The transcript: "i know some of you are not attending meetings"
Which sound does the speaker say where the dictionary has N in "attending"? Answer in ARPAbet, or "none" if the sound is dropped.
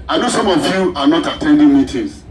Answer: N